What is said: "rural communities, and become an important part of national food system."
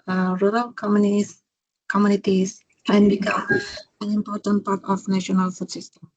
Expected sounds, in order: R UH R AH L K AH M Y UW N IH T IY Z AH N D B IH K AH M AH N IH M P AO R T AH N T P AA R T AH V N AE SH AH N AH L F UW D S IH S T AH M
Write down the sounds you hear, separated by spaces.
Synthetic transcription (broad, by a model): R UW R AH L K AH M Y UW N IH T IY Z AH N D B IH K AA AH N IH M P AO R T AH N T P AA R T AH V N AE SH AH N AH L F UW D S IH S T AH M